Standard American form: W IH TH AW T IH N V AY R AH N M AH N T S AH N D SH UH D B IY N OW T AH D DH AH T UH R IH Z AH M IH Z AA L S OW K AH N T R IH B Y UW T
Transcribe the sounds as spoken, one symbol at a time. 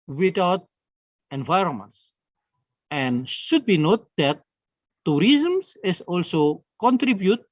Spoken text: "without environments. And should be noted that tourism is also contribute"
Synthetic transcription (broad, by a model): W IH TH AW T IH N V AY R AH N M AH N T S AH N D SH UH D B IY N OW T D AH T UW R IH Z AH M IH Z AA L S OW K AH N T R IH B Y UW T